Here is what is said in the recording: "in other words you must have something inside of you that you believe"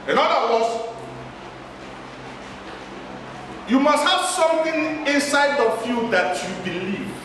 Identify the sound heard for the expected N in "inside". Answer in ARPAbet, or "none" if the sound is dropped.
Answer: N